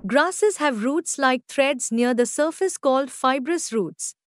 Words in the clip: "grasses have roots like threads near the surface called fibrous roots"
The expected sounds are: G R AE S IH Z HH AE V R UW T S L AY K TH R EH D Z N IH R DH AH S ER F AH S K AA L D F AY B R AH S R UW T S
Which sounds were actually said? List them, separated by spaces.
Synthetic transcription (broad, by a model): G R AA S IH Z HH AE V R UW T S L AY K T R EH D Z N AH R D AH S ER F AH S K AA L D F AY B R AH S R UW T S